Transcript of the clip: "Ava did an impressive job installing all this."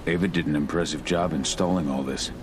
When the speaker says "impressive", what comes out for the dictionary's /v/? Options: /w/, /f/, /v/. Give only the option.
/v/